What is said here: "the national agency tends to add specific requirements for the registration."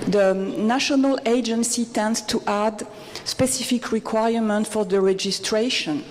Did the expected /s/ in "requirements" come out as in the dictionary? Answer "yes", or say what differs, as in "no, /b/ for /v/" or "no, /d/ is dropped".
no, /s/ is dropped